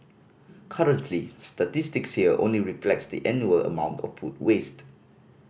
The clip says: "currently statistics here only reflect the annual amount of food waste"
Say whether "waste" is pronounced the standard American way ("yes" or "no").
yes